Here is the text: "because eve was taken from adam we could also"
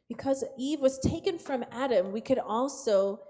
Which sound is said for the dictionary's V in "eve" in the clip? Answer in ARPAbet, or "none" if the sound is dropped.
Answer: V